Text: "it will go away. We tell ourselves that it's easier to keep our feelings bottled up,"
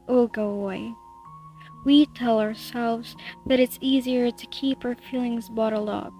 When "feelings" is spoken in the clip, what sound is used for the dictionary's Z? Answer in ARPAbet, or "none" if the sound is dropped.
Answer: Z